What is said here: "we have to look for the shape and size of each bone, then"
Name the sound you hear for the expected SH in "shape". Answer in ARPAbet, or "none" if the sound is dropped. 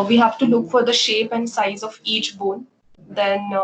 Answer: SH